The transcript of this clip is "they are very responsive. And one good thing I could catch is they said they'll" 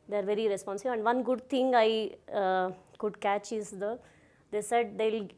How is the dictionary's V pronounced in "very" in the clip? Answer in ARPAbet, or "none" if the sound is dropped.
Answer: V